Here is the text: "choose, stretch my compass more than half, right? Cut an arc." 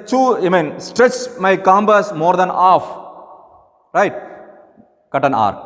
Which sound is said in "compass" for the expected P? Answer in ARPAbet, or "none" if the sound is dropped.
B